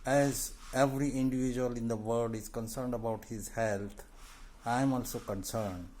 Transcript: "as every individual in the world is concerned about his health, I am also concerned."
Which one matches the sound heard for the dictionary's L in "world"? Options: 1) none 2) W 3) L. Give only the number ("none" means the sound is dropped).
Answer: 1